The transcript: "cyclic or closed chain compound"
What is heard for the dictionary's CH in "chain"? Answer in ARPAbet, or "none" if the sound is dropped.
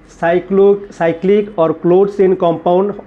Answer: S